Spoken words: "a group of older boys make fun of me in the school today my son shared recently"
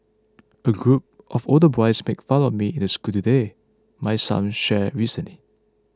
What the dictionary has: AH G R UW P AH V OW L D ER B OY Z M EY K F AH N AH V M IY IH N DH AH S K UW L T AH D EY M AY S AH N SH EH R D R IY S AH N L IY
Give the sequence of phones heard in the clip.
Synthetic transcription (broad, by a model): AH G R UW P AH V OW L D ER B OY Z M EY K F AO L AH M IY IH N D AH S K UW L T AH D EY M AY S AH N SH EH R R IY S AH N L IY